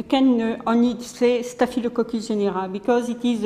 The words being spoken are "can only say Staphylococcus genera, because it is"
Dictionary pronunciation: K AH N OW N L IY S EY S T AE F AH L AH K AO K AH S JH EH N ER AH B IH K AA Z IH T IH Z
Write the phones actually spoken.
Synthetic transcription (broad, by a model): K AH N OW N IY S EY S T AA F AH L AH K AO K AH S ZH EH N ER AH B IH K AA Z IH T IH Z